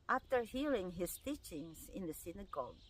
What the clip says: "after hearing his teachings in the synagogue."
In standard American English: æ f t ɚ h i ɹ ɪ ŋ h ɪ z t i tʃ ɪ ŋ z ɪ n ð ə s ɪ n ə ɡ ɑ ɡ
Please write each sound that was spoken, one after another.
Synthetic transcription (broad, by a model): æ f t ɚ h i l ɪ ŋ h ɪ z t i tʃ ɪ ŋ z ɪ n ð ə s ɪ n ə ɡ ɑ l